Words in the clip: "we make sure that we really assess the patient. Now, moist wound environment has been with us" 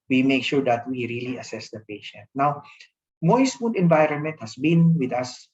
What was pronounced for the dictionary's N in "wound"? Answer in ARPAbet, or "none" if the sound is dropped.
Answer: none